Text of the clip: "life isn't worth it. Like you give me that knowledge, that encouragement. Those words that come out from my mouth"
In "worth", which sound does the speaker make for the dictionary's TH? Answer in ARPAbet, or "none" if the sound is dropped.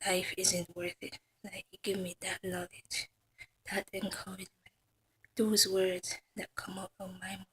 TH